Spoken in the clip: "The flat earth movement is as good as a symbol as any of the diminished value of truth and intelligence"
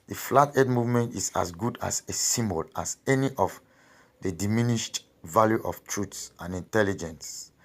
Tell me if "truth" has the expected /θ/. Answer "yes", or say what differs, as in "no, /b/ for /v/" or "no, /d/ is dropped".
no, /s/ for /θ/